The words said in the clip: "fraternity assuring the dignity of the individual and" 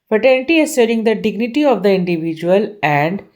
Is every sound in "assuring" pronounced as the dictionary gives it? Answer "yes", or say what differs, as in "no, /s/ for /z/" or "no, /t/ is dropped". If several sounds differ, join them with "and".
no, /s/ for /ʃ/